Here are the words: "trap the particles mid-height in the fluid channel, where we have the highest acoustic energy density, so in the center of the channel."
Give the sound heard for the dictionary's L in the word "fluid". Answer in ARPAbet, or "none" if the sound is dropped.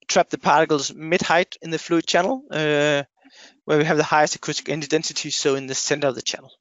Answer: L